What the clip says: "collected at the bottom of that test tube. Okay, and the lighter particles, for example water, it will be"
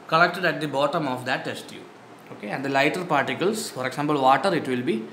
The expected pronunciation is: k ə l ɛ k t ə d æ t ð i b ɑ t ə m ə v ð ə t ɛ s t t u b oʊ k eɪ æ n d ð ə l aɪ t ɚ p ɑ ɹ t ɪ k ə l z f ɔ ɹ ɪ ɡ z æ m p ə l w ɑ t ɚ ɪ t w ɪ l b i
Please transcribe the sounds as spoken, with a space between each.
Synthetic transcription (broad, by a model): k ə l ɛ k t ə d æ t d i b ɑ t ə m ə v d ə t ɛ s t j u oʊ k eɪ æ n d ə l aɪ t ɚ p ɑ ɹ t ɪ k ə l s f ɔ ɹ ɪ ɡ s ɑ m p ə l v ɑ t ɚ ɪ t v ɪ l b i